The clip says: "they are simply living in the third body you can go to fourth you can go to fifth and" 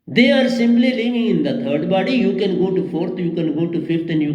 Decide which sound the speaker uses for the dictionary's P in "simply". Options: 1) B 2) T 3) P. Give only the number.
1